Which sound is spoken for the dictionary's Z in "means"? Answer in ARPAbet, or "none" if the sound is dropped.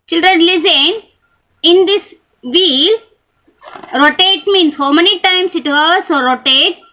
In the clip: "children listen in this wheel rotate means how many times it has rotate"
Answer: S